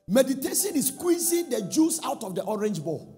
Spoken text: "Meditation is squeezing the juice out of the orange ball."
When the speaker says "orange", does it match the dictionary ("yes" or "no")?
yes